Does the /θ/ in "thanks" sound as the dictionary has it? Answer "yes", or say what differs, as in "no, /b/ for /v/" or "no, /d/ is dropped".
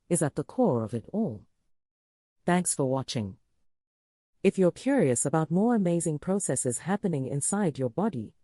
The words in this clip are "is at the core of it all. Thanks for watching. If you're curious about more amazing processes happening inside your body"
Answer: yes